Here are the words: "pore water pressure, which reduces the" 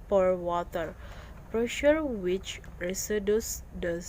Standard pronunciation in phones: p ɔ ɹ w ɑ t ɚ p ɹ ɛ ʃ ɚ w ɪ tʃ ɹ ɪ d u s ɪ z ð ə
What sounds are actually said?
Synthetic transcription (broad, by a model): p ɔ ɹ w ɑ t ɚ p ɹ ɛ ʃ ɚ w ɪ tʃ ɹ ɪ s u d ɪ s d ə